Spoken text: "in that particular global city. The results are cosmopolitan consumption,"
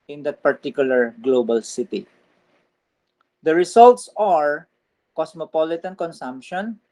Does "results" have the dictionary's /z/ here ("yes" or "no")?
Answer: no